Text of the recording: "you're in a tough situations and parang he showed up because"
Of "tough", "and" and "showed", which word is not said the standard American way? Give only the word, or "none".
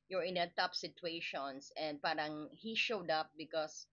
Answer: tough